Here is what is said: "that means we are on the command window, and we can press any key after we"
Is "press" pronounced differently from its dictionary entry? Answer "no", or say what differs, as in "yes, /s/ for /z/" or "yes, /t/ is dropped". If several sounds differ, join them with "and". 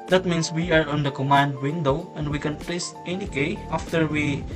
yes, /l/ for /ɹ/